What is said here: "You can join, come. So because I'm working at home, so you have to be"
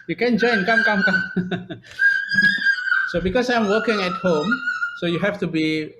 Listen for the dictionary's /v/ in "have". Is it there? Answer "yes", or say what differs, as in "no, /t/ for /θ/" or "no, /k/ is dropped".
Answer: no, /f/ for /v/